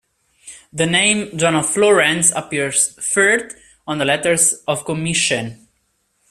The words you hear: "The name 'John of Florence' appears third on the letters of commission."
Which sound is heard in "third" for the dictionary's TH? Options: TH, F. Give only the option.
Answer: F